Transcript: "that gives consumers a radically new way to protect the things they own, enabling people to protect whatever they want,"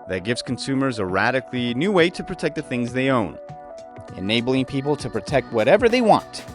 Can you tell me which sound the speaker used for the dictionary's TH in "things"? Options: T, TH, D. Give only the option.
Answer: TH